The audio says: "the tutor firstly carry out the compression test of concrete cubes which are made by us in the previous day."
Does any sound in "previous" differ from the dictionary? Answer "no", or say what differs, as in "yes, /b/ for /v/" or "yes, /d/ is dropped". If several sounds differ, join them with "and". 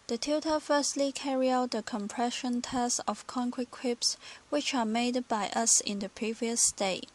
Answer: no